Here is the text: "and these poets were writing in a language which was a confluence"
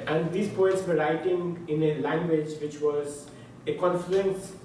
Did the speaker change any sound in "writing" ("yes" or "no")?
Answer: no